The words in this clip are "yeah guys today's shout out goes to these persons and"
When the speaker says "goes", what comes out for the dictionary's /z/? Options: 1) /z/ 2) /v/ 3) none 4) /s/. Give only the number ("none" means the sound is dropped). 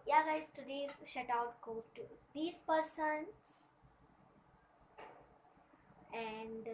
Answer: 3